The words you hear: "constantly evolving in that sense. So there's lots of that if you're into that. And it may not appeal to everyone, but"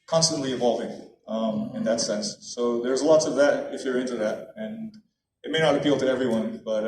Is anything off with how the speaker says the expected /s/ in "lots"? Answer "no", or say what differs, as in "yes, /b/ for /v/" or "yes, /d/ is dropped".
no